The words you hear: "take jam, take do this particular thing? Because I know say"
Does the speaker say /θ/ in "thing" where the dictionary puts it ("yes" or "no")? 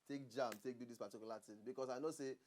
no